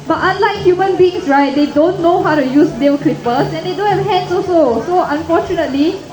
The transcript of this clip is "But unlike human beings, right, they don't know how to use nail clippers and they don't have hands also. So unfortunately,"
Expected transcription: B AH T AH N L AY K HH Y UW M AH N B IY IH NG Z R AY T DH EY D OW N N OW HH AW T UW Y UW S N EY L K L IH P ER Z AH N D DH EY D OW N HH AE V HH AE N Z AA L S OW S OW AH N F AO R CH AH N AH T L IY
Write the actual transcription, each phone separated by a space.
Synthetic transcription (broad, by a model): B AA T AH N L AY K HH Y UW M AH N B IY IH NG S R AY T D EY D OW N N OW HH AW T UW Y UW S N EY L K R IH P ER S AH N D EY D OW N HH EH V HH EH N S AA S OW S OW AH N F AO CH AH N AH T L IY